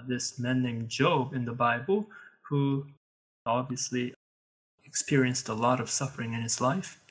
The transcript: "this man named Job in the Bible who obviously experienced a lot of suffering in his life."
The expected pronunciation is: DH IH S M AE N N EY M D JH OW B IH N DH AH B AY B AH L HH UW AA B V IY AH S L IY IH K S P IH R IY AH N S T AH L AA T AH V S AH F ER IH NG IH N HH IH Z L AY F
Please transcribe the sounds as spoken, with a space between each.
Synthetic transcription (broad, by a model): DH IH S M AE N N EY M JH OW B IH N DH AH B AY B L HH UW AA B V IY AH S L IY IH K S P IH R IY AH N S T AH L AA T AH V S AH F ER IH NG IH N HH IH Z L AY F